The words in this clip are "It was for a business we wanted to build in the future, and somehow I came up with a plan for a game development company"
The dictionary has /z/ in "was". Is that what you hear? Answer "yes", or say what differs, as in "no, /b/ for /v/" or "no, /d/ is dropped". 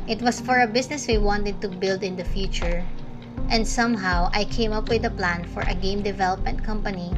no, /s/ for /z/